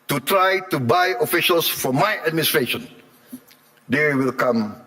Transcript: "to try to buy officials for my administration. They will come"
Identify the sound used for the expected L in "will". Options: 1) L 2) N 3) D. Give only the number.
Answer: 1